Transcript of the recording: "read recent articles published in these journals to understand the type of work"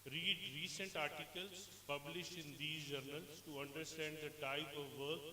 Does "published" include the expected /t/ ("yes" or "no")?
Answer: yes